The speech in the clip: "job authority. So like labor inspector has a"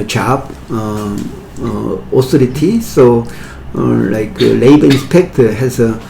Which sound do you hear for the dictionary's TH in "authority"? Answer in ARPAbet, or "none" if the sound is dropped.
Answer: S